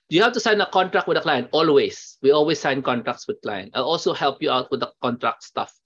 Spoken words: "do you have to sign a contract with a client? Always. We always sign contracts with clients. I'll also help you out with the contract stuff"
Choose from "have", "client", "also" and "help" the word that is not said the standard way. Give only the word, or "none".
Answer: have